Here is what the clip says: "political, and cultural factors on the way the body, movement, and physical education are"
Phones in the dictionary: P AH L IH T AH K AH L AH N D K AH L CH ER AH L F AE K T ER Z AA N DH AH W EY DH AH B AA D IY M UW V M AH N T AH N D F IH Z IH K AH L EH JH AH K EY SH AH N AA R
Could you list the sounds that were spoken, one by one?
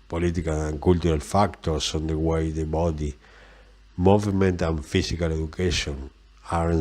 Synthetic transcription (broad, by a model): P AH L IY T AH K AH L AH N K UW L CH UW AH L F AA K T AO S AA N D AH W EY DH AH B AA D IY M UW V M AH N T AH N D F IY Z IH K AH L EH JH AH K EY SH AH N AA R